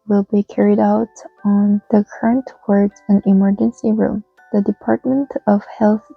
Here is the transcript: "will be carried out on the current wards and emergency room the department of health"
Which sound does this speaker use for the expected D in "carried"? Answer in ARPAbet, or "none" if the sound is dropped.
D